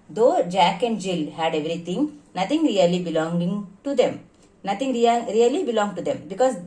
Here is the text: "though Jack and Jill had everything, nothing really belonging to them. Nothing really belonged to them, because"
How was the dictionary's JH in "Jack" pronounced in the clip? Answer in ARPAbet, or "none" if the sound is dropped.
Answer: JH